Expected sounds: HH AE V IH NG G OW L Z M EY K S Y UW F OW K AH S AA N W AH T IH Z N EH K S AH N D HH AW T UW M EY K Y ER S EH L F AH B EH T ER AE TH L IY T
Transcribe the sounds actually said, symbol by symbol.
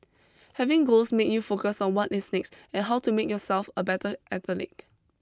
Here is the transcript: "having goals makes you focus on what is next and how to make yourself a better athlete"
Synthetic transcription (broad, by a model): HH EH V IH NG G OW L S M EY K Y UW F OW K AH S AA N W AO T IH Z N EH K S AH N HH AW T UW M EY K Y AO S EH L F AH B EH T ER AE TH L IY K